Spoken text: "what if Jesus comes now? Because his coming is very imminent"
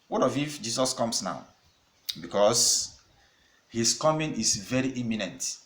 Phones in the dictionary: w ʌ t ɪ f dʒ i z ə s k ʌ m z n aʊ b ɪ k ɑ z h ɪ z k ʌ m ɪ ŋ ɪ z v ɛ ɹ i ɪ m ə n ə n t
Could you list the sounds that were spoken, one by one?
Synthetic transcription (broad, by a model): w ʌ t ɪ f dʒ i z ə s k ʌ m s n aʊ b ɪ k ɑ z h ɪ s k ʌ m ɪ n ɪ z v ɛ ɹ i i m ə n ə n t